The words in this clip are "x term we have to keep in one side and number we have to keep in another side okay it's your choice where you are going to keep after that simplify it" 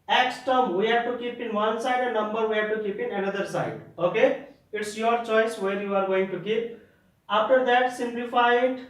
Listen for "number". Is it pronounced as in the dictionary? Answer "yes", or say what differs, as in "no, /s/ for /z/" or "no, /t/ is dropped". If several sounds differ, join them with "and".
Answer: yes